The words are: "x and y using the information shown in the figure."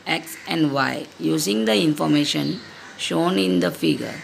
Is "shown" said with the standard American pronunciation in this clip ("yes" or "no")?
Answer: yes